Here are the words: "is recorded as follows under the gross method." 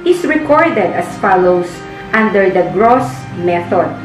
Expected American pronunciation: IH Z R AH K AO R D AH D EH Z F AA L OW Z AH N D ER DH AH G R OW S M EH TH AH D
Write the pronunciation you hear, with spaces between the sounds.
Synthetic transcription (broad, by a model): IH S R AH K AO R D AH D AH S F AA L OW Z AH N D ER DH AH G R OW S M EH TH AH D